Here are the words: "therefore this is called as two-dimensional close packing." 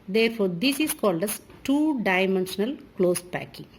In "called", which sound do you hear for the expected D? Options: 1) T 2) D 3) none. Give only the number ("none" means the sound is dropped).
2